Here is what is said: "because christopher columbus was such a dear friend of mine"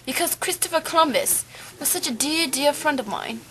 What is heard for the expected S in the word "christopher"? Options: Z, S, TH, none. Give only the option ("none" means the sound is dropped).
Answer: S